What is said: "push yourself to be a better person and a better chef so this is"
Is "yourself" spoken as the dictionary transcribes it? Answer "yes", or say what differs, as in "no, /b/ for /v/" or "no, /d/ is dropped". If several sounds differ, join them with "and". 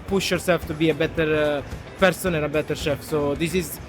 no, /l/ is dropped